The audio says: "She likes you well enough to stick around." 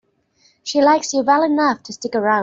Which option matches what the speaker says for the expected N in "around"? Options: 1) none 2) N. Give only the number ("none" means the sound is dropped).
1